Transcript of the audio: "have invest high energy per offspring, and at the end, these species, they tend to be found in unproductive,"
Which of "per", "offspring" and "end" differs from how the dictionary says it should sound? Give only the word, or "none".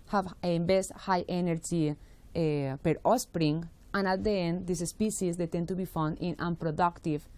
offspring